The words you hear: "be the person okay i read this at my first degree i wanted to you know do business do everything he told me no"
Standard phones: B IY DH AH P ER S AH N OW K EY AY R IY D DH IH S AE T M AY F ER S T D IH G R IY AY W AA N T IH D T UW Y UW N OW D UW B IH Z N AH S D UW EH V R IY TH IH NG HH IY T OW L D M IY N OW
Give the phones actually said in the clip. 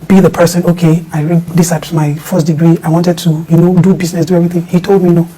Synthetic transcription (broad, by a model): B IY DH AH P ER S AH N OW K EY AY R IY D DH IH S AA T M AY F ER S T D IH G R IY AY W AA N T IH D T UW Y UW N OW D UW B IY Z N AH S D UW EH V R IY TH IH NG HH IY T OW L D M IY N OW